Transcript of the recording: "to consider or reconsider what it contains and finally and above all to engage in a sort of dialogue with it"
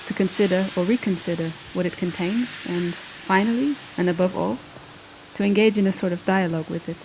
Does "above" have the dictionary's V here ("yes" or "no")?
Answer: yes